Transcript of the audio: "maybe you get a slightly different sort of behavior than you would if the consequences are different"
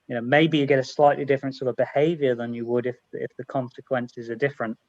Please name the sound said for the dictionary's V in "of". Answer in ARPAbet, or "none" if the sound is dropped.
V